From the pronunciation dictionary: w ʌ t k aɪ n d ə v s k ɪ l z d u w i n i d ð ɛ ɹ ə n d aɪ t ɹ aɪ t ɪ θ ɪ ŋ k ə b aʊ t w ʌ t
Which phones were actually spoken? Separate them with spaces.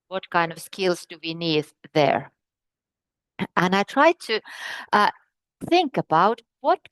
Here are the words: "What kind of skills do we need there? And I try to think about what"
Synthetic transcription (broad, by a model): w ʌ t k aɪ n d ə v s k ɪ l z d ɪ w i n i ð ð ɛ ɹ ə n aɪ t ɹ aɪ t ɪ θ ɪ ŋ k ə b aʊ t w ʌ t